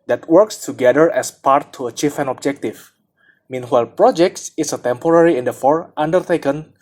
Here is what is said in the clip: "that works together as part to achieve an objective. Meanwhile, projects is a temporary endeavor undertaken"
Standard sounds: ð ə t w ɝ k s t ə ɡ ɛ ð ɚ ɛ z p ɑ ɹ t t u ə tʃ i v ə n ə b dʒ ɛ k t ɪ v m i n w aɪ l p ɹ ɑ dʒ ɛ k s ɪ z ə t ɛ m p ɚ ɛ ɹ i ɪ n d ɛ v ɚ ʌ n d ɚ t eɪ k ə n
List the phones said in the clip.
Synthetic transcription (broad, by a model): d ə t w ɝ k s t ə ɡ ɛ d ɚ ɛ s p ɑ ɹ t t u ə tʃ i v ə n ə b dʒ ɛ k t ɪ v m i n w aɪ l p ɹ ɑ dʒ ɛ k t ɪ s ə t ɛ m p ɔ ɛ ɹ i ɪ n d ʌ f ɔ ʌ n d ɚ t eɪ k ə n